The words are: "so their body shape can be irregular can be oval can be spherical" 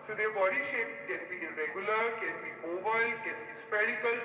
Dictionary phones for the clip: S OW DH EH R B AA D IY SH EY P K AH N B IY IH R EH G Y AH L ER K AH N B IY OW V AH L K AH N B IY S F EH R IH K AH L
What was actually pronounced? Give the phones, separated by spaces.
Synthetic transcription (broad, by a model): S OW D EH B AA D IY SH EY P K AH N B IY R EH G Y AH L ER K AH N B IY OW B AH L K AH N B IY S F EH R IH K AH L